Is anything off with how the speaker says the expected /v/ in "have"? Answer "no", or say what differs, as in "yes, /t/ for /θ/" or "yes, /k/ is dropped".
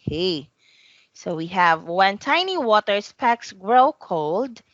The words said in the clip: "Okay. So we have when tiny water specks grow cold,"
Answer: no